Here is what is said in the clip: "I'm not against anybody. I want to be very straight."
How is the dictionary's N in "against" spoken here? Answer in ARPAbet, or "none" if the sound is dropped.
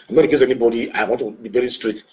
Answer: none